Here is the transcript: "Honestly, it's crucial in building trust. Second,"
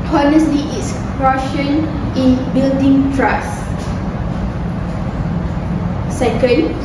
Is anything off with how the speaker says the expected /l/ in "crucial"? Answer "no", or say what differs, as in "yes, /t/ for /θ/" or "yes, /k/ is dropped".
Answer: yes, /n/ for /l/